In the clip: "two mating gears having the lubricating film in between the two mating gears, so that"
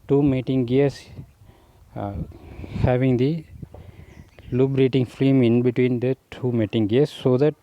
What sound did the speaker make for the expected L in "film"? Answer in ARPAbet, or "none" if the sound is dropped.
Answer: none